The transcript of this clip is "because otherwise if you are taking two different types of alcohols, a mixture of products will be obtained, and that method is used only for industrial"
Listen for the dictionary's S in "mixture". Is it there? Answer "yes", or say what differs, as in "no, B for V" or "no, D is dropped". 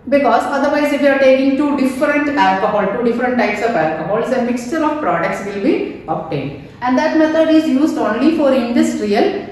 yes